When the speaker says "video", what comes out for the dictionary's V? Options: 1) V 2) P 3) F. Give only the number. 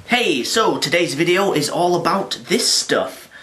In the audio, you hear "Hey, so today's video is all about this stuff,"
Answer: 1